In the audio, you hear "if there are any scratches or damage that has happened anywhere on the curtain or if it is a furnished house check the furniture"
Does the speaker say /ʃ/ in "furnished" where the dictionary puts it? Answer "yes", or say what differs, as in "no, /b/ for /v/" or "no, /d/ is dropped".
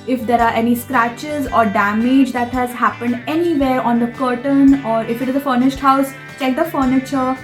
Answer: yes